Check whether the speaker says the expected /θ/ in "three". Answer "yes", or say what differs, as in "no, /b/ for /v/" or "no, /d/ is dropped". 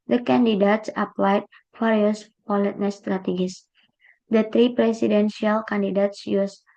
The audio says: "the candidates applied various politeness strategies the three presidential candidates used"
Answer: no, /t/ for /θ/